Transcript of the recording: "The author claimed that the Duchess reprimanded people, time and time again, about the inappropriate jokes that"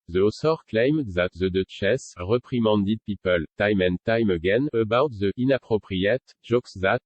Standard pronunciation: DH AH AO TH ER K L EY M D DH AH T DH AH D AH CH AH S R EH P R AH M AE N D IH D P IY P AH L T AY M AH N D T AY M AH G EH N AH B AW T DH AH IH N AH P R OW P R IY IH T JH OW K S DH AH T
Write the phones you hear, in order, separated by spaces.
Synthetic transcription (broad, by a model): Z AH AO S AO K L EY M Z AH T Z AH D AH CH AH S R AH P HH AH M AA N D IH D P IY P AH L T AY M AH N T AY M AH G EH N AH B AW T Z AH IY N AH P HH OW P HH IY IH T ZH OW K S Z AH T